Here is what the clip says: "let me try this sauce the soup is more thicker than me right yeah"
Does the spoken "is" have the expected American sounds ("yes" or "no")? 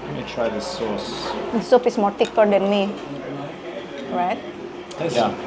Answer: no